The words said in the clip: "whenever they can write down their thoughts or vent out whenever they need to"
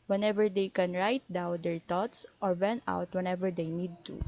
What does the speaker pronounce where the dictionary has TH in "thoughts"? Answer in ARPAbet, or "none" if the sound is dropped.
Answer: T